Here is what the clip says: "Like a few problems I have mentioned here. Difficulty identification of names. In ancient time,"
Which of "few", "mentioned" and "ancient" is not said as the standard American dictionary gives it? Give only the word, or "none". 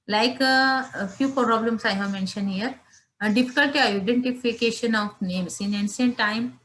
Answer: ancient